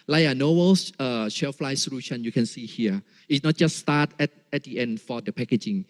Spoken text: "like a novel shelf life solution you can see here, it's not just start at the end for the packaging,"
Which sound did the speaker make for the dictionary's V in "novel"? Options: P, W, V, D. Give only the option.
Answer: W